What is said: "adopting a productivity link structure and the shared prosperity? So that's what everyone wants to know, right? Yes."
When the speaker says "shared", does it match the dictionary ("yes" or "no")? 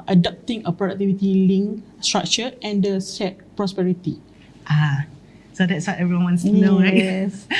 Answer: no